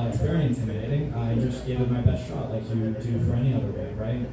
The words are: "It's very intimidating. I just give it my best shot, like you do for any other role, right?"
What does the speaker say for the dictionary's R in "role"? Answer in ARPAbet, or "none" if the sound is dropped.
W